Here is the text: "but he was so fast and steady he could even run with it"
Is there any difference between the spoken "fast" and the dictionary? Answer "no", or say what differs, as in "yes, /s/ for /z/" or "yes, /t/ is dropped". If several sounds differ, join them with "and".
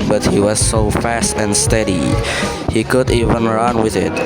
no